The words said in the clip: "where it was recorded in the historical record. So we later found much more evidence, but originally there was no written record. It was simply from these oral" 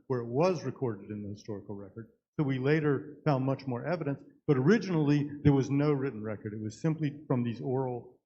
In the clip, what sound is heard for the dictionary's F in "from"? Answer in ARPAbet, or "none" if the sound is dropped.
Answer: F